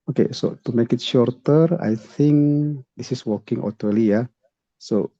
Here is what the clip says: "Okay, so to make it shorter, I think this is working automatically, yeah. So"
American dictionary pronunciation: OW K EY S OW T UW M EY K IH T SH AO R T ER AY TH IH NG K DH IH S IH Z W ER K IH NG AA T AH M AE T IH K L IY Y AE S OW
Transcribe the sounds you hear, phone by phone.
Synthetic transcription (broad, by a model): OW K EY S OW T UW M EY K IH T SH AO R T ER AY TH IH NG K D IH S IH S W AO K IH NG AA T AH L IY Y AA S OW